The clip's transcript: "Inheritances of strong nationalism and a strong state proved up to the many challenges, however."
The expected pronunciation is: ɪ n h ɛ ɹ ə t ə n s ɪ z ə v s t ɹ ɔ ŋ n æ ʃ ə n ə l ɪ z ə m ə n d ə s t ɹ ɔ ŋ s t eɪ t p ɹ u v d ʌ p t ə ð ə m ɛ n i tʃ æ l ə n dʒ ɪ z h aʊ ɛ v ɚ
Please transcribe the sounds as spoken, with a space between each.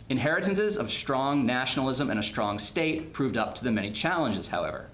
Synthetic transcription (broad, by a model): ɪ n h ɛ ɹ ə t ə n s ɪ z ə v s t ɹ ɔ ŋ n æ ʃ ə n l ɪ z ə m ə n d ə s t ɹ ɔ ŋ s t eɪ t p ɹ u v d ʌ p t ə ð ə m ɛ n i tʃ æ l ə n dʒ ɪ z h aʊ ɛ v ɚ